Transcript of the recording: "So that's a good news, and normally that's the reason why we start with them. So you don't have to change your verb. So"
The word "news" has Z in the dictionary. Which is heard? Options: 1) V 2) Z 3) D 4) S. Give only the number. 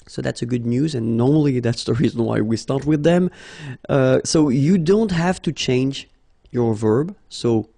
2